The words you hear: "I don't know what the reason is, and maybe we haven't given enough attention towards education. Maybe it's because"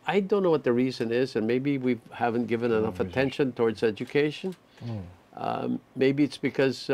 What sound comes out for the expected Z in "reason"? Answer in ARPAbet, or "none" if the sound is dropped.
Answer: Z